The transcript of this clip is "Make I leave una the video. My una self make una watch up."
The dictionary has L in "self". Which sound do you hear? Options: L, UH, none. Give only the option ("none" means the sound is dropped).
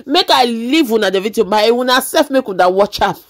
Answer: none